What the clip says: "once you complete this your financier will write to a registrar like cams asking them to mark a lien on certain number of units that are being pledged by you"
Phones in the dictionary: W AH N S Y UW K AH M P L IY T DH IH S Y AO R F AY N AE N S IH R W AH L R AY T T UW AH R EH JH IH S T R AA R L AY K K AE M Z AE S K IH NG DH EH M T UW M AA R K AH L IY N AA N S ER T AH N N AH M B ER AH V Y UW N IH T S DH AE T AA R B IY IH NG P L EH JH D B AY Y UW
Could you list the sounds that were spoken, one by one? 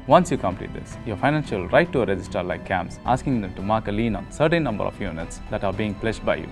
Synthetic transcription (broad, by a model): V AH N S Y UW K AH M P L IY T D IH S Y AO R F AY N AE N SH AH L R AY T T UW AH R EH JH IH S T AH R L AY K K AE M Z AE S K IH NG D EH M T UW M AA R K AH L IY N AA N S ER T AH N N AH M B ER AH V Y UW N IH T S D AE T AA R B IY IH NG P L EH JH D B AY Y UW